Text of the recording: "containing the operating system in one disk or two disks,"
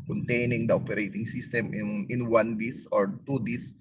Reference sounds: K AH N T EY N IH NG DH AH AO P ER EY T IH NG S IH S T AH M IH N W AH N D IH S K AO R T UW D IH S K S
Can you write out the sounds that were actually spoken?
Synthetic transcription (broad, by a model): K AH N T EY N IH NG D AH AO P ER EY T IH NG S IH S T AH M IH N W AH N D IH S AO R T UW D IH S S